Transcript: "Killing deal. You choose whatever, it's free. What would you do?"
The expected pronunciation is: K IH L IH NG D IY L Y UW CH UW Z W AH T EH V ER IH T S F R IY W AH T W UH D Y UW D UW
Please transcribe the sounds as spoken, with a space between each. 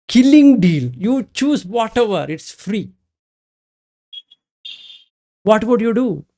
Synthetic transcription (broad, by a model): K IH L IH NG D IY L Y UW CH UW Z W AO T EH V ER IH T S F R IY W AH T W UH D Y UW D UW